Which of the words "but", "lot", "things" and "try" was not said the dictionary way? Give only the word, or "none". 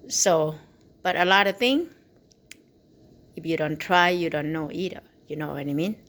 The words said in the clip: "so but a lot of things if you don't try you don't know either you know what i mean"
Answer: things